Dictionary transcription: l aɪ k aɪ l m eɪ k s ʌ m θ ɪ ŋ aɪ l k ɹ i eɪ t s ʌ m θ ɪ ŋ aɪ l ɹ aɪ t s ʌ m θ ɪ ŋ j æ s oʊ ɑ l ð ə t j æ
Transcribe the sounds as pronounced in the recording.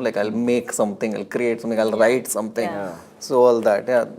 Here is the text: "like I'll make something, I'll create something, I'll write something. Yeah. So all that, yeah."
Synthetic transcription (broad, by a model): l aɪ k aɪ l m eɪ k s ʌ m t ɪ ŋ aɪ l k ɹ i eɪ t s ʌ m t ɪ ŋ aɪ l ɹ aɪ t s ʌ m t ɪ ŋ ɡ s oʊ ɑ l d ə t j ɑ